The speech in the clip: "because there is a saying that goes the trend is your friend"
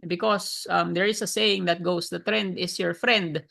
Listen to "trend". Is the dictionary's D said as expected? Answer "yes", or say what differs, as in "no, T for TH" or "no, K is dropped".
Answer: yes